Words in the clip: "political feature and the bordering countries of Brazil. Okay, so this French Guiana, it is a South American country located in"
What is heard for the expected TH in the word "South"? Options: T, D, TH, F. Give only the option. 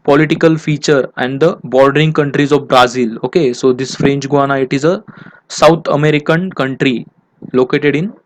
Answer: T